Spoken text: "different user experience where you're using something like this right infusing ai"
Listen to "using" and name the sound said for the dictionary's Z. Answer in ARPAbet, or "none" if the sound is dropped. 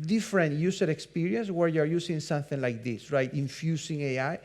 S